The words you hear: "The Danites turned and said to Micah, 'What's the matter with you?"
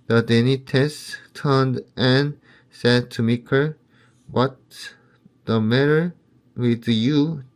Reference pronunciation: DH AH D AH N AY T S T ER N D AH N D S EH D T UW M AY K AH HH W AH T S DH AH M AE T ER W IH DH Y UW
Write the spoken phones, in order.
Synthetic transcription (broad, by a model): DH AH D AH N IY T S T ER N D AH N S EH D T UW M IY K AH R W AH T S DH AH M AE T ER W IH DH Y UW